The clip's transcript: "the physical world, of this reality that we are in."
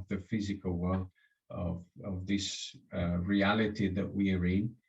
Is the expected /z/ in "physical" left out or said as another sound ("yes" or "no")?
no